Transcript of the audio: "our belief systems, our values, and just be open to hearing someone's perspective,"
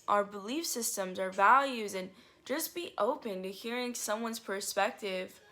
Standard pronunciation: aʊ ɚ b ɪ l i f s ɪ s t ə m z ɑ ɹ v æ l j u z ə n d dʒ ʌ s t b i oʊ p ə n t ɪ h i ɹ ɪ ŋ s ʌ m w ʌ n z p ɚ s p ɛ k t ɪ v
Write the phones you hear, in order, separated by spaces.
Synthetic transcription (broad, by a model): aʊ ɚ b ɪ l i f s ɪ s t ə m z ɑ ɹ v æ l j u z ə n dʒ ʌ s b i oʊ p ə n t ɪ h i ɹ ɪ ŋ s ʌ m w ʌ n z p ɚ s p ɛ k t ɪ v